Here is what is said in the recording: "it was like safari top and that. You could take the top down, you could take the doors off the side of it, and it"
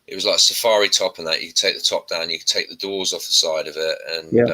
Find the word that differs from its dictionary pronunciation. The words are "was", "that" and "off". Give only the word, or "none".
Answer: none